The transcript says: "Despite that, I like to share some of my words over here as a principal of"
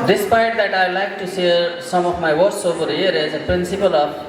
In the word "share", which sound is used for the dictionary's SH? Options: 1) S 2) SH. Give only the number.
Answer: 1